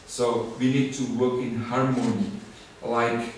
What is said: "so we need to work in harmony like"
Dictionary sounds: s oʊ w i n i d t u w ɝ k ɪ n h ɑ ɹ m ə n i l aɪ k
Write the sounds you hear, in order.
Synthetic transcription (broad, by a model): s oʊ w i n i d t u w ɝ k ɪ n h ɑ ɹ m ə n i l aɪ k